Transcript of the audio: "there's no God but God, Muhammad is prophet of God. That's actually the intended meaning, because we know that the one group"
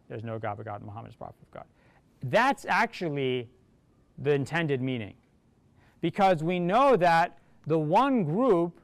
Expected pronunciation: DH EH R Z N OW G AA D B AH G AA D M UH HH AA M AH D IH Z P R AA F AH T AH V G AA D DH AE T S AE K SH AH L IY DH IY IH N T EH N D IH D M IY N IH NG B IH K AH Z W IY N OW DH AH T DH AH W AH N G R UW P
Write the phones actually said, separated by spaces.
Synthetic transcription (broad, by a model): DH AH R Z N OW G AA D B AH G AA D M UH HH AA M AH D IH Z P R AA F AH AH V G AA D DH AE T S AE K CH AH L IY DH IY IH N T EH N D IH D M IY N IH NG B IH K AH Z W IY N OW DH AH T DH AH W AH N G R UW P